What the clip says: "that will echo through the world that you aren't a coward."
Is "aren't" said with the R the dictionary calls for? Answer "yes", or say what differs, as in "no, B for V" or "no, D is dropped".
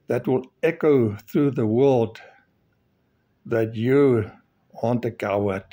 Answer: no, W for R